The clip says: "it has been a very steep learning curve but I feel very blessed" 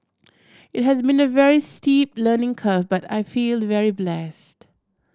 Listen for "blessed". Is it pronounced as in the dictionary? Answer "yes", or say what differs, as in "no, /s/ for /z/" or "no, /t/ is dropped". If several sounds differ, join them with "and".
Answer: yes